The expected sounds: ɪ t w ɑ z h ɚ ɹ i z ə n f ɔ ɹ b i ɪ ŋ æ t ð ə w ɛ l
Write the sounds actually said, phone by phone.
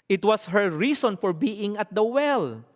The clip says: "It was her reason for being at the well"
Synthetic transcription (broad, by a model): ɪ t w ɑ s h ɚ ɹ i s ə n f ɔ ɹ b i ɪ ŋ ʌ t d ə w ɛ l